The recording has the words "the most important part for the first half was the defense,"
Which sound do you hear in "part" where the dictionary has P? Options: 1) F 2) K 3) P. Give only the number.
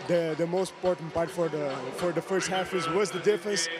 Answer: 1